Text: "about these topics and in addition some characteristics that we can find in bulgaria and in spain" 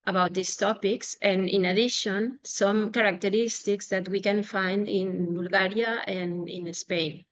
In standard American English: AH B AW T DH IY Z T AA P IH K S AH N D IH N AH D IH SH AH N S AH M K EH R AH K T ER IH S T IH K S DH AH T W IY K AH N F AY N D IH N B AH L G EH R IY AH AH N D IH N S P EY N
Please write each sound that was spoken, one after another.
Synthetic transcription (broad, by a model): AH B AW T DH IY S T AA P IH K S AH N IH N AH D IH SH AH N S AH M K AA R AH K T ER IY S T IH K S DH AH T W IY K AH N F AY N D IH N B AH L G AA R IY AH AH N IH N S P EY N